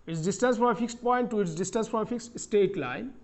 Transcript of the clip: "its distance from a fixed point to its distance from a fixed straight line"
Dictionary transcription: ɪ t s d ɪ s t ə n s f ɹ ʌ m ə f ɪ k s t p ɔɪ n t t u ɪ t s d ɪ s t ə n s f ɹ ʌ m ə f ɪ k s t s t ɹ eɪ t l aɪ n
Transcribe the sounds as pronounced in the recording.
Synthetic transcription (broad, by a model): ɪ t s d ɪ s t ə n s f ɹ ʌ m ə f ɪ k s t p ɔɪ n t t u ɪ t s d ɪ s t ə n s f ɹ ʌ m ə f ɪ k s t s t eɪ t l aɪ n